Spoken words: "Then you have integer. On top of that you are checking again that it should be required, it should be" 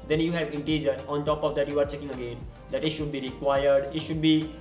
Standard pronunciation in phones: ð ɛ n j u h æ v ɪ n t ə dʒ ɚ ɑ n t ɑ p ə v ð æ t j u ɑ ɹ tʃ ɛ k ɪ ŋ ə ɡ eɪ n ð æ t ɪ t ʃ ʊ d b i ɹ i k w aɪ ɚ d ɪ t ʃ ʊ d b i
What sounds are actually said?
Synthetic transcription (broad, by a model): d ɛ n j u h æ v ɪ n t ə dʒ ɚ ɑ n t ɑ p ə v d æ t j u ɑ ɹ tʃ ɛ k ɪ ŋ ə ɡ eɪ n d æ t ɪ t ʃ ʊ d b i ɹ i k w aɪ ɚ d ɪ t ʃ ʊ d b i